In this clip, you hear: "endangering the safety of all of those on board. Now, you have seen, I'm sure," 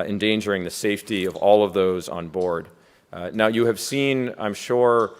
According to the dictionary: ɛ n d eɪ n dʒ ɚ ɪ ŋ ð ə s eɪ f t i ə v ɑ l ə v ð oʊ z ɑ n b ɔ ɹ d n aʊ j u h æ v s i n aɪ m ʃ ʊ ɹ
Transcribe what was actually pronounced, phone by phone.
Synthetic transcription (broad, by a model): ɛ n d eɪ n dʒ ɚ ɪ ŋ ð ə s eɪ f t i ə v ɑ l ə v ð oʊ z n b ɔ ɹ d n aʊ j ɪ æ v s i n aɪ m ʃ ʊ ɹ